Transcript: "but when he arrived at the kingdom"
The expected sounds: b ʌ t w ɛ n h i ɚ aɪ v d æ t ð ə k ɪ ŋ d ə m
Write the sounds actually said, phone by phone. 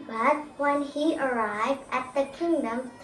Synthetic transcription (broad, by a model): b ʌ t w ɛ n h i ɚ aɪ v d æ t ð ə k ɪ ŋ d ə m